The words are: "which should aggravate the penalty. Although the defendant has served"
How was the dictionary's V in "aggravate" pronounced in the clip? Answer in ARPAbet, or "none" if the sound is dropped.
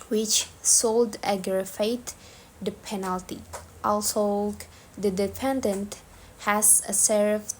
F